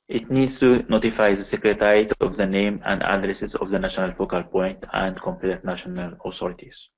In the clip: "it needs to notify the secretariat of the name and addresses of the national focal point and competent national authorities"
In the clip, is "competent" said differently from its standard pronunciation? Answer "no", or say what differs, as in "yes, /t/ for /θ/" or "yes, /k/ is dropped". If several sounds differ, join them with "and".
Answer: yes, /n/ is dropped